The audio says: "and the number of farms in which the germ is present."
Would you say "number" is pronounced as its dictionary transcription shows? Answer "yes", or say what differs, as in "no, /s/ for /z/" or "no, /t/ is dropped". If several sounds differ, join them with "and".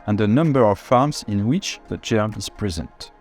yes